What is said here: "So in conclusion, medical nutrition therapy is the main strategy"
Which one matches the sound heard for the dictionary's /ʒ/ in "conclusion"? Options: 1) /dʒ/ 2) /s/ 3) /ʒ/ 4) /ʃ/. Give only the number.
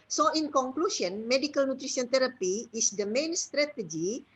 2